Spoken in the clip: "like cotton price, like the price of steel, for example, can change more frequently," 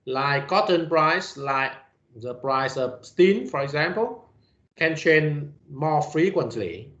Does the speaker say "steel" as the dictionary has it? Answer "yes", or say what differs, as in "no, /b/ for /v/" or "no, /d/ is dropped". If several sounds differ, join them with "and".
no, /n/ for /l/